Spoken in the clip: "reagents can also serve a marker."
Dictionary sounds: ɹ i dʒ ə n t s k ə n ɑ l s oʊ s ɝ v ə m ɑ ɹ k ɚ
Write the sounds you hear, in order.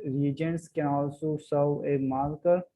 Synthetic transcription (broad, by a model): ɹ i dʒ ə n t s k ə n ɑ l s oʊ s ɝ w ə m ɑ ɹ k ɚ